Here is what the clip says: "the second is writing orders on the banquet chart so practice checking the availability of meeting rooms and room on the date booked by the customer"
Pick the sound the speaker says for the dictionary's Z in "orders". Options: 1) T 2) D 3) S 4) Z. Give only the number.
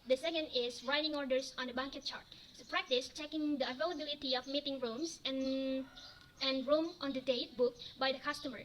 3